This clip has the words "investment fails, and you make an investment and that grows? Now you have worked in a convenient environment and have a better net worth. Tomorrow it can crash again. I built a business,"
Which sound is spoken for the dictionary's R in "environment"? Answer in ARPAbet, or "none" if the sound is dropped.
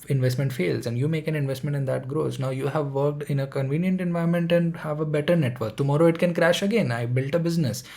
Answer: none